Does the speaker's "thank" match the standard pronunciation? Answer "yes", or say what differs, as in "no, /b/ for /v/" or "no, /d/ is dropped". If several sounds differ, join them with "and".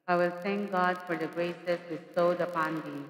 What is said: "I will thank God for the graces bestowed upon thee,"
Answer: no, /t/ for /θ/